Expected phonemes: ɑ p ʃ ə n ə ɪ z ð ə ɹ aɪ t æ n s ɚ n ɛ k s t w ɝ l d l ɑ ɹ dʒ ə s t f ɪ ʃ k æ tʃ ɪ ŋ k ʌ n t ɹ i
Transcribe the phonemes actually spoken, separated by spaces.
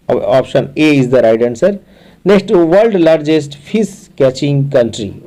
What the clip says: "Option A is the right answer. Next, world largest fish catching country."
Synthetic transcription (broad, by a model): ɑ p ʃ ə n ə ɪ z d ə ɹ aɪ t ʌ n s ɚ n ɛ k s t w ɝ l d l ɑ ɹ dʒ ə s t p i s k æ tʃ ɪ ŋ k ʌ n t ɹ i